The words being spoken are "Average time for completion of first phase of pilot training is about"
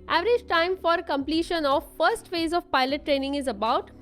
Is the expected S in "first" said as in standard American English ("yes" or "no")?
yes